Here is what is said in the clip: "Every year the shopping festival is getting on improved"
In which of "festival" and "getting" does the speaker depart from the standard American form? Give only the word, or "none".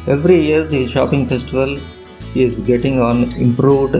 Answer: none